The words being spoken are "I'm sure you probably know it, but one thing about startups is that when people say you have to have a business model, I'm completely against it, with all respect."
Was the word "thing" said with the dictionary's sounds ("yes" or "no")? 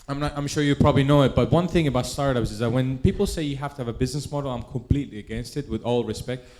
yes